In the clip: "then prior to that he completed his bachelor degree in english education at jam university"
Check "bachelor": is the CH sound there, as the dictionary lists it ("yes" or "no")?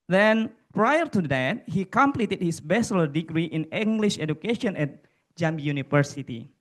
no